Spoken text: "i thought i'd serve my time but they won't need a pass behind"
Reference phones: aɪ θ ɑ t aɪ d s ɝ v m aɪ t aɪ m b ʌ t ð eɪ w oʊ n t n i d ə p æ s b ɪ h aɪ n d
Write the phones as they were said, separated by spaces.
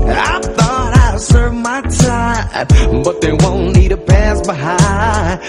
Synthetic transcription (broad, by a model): aɪ θ ɑ t aɪ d s ɝ v m aɪ t aɪ m b ʌ t ð eɪ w oʊ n n i d ə p æ s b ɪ h aɪ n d